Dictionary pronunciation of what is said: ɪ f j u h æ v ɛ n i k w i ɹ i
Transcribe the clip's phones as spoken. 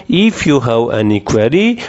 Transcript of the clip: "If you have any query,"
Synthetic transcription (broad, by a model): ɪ f j u h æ w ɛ n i k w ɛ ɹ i